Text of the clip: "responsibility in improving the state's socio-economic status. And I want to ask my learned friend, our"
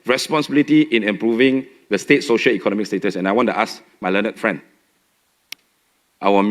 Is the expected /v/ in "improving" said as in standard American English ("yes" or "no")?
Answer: yes